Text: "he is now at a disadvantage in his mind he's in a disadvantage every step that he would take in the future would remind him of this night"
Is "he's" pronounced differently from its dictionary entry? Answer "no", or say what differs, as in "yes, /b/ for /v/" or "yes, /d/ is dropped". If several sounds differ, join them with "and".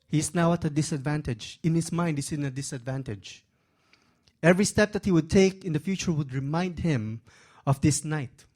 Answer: yes, /s/ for /z/